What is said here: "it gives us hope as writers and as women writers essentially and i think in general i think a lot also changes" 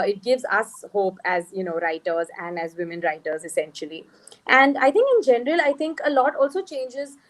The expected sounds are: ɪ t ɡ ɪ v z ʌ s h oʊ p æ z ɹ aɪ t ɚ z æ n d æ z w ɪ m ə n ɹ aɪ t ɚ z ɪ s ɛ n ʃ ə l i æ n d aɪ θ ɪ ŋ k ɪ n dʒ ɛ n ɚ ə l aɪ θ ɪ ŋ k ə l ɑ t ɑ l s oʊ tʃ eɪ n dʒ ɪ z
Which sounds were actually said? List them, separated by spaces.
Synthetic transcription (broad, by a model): ɪ t ɡ ɪ v z ʌ s h oʊ p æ z ɹ aɪ t ɚ z æ n d æ z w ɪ m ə n ɹ aɪ t ɚ z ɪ s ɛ n ʃ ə l i æ n d aɪ t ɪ ŋ k ɪ n dʒ ɛ n ɚ ə l aɪ t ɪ ŋ k ə l ɑ t ɑ l s oʊ tʃ eɪ n dʒ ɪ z